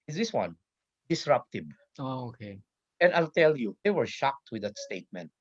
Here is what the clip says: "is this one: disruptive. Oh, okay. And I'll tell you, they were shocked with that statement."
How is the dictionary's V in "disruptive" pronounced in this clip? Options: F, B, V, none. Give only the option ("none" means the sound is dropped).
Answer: B